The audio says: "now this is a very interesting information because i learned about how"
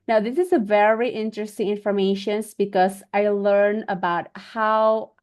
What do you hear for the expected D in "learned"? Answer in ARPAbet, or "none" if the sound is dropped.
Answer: none